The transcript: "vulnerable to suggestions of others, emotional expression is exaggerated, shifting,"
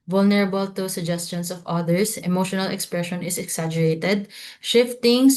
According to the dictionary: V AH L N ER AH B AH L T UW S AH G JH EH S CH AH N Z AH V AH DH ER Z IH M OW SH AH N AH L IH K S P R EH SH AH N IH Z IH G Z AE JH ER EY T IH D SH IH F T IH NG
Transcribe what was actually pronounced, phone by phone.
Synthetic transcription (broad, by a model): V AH L N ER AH B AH L T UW S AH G JH EH S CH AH N S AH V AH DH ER S IH M OW SH AH N AH L IH K S P R EH SH AH N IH S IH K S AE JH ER EY T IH D SH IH F T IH NG